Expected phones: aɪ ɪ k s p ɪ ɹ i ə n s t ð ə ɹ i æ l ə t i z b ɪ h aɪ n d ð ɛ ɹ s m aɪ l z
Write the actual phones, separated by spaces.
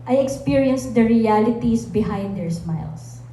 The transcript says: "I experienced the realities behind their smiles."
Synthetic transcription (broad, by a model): aɪ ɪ k s p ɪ ɹ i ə n s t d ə ɹ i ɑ l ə t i s b ɪ h aɪ n d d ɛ ɹ s m aɪ l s